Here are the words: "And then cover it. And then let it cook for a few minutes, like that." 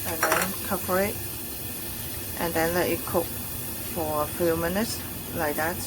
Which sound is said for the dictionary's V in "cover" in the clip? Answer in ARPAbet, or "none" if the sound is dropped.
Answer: P